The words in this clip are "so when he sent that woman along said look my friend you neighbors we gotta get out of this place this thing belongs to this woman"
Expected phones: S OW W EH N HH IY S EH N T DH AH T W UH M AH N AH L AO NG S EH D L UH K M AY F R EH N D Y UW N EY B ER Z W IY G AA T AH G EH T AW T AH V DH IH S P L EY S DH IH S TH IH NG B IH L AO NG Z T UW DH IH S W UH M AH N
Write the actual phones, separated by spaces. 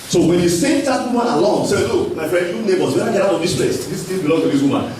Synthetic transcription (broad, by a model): S OW W EH N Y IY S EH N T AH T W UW M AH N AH L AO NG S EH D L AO M AY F R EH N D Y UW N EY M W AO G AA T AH G EH T AW T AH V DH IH S P L EY S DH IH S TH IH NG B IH L AO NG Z T UW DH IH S W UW M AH N